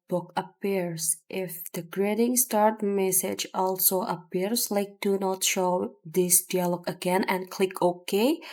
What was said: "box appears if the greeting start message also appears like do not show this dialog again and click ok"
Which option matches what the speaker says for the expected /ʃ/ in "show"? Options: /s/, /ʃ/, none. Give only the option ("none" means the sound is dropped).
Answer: /ʃ/